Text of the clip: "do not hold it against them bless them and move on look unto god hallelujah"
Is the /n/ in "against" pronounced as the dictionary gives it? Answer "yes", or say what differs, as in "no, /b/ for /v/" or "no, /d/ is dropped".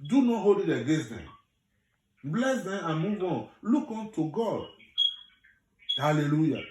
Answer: no, /n/ is dropped